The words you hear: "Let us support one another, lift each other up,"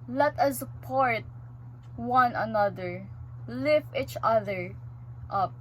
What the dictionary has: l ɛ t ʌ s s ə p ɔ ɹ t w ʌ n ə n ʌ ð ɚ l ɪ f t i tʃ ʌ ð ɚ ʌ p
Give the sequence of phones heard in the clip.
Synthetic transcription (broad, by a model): l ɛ t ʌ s s ə p ɔ ɹ t w ʌ n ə n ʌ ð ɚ l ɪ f i tʃ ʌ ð ɚ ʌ p